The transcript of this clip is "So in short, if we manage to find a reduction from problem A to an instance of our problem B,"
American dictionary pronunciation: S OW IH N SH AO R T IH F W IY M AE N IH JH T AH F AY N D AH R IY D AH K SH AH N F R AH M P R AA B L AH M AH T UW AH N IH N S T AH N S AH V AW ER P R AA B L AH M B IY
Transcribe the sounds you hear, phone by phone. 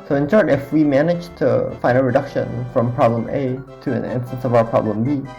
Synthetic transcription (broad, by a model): S OW IH N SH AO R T IH F W IY M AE N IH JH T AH F AY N AH R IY D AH K SH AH N F R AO M P R AA B L AH M AH T UW AH N IH N S T AH N S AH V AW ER P R AA B L AH M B IY